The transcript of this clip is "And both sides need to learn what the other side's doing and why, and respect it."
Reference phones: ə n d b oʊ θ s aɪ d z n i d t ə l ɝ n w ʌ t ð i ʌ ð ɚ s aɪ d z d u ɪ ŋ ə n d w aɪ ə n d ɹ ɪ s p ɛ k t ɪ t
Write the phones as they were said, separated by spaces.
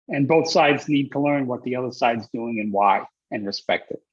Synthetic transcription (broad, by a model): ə n b oʊ θ s aɪ d z n i d t ə l ɝ n w ʌ t ð i ʌ ð ɚ s aɪ d z d u ɪ ŋ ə n w aɪ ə n ɹ ɪ s p ɛ k t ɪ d